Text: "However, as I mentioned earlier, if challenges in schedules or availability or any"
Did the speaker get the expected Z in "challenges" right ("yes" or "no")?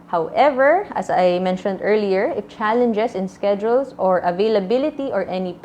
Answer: no